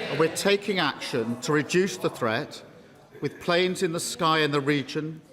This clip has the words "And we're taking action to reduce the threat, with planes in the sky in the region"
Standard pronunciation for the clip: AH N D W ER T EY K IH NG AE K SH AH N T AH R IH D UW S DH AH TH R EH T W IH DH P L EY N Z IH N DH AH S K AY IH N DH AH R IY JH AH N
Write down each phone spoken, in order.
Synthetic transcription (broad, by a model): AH W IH T EY K IH NG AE K SH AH N T AH R IH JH UW S DH AH TH R EH T W IH DH P L EY N Z IH N DH AH S K AY IH N DH AH R IY JH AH N